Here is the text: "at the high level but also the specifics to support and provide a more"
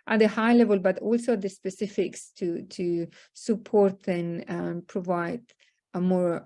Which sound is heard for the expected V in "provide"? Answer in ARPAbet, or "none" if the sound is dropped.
V